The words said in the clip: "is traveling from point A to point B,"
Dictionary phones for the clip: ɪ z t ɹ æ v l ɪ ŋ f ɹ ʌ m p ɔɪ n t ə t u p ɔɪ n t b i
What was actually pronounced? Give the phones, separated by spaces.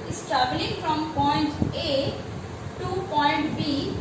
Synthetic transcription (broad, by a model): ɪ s t æ b l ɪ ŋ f ɹ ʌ m p ɔɪ n t ə t u p ɔɪ n t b i